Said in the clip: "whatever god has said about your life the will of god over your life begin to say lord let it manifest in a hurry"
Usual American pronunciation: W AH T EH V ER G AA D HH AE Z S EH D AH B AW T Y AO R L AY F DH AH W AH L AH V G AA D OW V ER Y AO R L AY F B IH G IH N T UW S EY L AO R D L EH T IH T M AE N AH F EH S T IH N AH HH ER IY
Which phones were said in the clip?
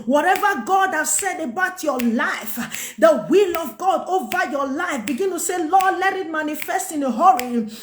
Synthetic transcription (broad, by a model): W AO T EH V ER G AA D HH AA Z S EH D AH B AW T Y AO L AY F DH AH W AH L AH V G AA D OW V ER Y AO L AY F B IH G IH N T UW S EY L AO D L EH T IH T M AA N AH F EH S T IH N AH HH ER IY